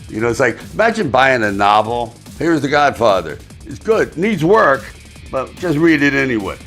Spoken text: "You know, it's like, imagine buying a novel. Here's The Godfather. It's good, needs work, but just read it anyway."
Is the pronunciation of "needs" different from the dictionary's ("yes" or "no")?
no